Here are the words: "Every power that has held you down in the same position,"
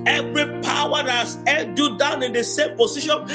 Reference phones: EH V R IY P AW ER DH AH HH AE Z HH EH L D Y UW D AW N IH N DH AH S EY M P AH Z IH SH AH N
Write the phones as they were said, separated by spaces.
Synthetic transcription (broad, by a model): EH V R IY P AW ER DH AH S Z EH N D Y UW D AW N IH N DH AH S EY M P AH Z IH SH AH N